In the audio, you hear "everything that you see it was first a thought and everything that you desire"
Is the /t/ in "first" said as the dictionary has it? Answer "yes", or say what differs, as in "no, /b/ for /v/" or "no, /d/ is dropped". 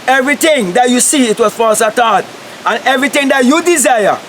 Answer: no, /t/ is dropped